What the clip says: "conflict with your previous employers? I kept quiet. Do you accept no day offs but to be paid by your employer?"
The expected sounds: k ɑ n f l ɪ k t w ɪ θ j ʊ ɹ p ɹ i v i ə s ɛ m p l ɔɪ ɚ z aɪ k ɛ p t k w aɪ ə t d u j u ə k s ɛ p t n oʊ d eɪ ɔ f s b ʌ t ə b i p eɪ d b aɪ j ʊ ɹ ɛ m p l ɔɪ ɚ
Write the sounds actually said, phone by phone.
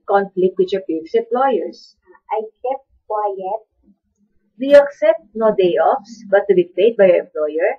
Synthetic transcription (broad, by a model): k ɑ n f l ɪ k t w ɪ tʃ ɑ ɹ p i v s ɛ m p l ɔɪ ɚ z aɪ k ɛ p t k w aɪ ə t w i ə k s ɛ p t n oʊ d eɪ ɔ f s b ʌ t ə b i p eɪ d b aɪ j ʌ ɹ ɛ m p l ɔɪ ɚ